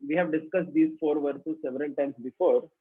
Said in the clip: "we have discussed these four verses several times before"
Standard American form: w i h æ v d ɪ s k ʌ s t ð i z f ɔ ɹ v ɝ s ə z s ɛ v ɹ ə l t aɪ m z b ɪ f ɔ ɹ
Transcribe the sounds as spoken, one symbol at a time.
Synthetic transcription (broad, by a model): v i h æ v d ɪ s k ʌ s t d i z f ɔ ɹ v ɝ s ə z s ɛ v ɹ ə l t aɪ m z b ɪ f ɔ ɹ